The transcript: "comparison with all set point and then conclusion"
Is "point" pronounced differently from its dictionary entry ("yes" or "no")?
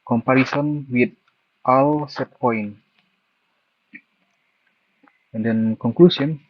yes